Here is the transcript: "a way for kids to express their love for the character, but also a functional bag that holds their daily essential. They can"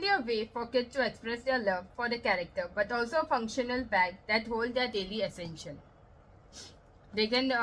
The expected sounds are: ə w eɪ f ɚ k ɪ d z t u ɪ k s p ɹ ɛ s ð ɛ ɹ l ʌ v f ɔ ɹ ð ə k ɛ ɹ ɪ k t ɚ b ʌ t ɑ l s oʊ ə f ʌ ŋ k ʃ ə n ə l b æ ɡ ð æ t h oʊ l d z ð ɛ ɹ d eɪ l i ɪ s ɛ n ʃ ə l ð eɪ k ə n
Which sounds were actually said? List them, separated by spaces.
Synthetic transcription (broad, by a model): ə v eɪ f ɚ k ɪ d t u ɪ k s p ɹ ɛ s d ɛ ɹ l ʌ v f ɔ ɹ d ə k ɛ ɹ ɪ k t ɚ b ʌ t ɑ l s oʊ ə f ʌ ŋ k ʃ ə n ə l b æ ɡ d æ t h oʊ l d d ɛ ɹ d eɪ l i ɪ s ɛ n ʃ ə l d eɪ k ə n